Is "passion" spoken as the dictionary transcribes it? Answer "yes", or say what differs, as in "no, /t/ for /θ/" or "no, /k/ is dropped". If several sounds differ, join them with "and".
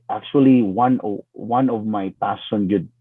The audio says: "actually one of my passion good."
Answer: no, /s/ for /ʃ/